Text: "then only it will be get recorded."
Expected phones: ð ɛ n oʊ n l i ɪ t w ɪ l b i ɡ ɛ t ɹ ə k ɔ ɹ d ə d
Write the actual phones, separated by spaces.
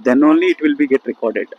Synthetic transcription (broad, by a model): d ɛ n oʊ n l i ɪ t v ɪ l b i ɡ ɛ t ɹ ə k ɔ ɹ d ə d